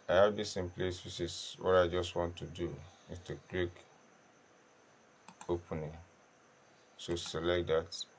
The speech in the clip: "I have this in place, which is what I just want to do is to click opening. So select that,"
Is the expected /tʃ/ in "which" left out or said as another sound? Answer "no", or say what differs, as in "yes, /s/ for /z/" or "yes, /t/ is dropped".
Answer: yes, /s/ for /tʃ/